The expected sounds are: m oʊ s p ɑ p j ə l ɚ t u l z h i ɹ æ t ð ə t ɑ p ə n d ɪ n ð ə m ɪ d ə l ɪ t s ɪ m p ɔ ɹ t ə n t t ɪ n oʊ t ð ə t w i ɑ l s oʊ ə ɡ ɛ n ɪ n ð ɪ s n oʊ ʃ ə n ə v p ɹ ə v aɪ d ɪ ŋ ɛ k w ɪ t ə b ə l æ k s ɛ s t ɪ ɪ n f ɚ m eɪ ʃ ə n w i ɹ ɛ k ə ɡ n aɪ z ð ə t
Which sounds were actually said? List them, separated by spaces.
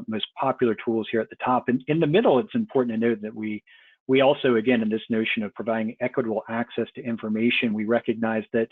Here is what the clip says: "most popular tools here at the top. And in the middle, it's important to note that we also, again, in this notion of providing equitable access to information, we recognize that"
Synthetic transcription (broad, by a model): m oʊ s p ɑ p j l ɚ t u l z h i ɹ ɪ t ð ə t ɑ p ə n ɪ n ð ə m ɪ d l ɪ t s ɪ m p ɔ ɹ t n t t ɪ n oʊ t ð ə t w i ɑ l s oʊ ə ɡ ɛ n ɪ n ð ɪ s n oʊ ʃ ə n ə v p ɹ ə v aɪ d ɪ ŋ ɛ k w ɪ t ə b l æ k s ɛ s t ɪ ɪ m f ɚ m eɪ ʃ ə n w i ɹ ɛ k ə ɡ n aɪ z ð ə t